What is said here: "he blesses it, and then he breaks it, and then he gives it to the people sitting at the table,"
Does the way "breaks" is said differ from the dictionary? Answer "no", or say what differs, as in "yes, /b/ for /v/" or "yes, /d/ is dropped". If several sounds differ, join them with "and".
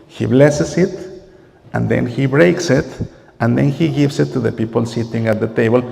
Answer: no